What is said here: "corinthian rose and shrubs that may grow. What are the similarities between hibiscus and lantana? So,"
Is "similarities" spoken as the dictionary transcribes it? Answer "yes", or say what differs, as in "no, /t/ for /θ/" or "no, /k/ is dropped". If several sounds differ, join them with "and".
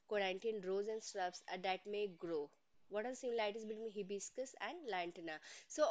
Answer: no, /ɹ/ is dropped